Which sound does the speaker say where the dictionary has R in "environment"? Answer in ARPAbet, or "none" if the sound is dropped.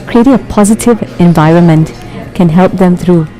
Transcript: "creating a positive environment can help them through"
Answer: R